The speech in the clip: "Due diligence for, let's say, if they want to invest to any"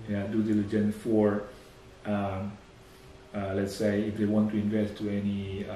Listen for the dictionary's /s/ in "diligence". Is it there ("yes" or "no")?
no